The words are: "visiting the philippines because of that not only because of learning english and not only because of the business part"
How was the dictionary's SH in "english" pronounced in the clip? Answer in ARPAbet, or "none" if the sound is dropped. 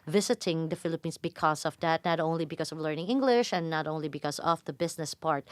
SH